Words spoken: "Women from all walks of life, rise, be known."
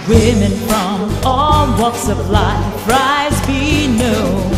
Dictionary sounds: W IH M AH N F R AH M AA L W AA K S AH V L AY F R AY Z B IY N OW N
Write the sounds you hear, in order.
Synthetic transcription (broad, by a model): W IH M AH N F R AH M AA L W AA K S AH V L AY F R AY Z B IY N OW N